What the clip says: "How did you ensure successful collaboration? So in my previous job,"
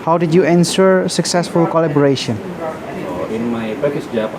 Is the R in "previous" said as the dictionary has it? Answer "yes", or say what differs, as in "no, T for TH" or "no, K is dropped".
no, R is dropped